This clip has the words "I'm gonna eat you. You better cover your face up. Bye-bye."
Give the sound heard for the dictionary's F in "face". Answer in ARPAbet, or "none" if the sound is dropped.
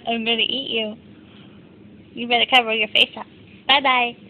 F